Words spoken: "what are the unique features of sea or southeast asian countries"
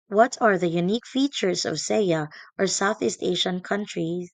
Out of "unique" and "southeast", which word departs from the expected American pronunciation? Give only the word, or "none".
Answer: none